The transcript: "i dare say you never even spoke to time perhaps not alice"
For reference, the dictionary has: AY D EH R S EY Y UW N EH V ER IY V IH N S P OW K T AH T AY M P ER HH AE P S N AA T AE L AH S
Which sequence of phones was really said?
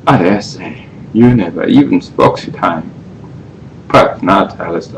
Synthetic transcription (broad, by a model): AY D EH S EY Y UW N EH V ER IY V IH N S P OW K S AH T AY M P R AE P N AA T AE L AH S